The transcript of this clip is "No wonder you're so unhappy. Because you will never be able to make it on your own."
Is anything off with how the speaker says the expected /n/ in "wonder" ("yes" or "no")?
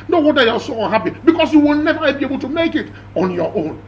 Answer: yes